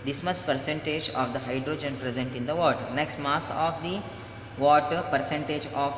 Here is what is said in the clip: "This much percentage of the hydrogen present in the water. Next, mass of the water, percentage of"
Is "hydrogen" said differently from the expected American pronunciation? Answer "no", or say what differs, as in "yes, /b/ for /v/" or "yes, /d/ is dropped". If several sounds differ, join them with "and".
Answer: no